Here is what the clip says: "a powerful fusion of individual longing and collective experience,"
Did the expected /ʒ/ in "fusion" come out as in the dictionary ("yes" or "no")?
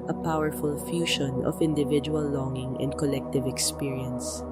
no